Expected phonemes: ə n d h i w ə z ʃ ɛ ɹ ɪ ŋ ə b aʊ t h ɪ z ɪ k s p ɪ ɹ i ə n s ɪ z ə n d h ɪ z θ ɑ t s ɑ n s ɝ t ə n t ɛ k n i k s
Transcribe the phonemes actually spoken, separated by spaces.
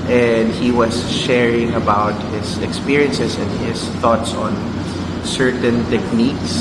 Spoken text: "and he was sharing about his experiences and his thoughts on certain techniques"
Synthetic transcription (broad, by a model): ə n d h i w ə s ʃ ɛ ɹ ɪ ŋ ə b aʊ t h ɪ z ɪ k s p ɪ ɹ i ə n s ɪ s ə n d h ɪ s θ ɑ t s ɑ n s ɝ t ə n t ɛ k n i k s